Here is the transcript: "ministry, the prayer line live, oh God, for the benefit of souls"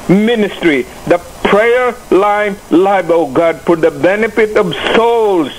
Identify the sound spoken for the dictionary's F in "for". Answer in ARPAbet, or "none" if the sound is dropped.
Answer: P